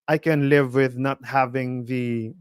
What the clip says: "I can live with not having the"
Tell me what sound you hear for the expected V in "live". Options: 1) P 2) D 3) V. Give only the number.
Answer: 3